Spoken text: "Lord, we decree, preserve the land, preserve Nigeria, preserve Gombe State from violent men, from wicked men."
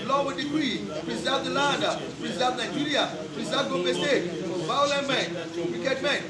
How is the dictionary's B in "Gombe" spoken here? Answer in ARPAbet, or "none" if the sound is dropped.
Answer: none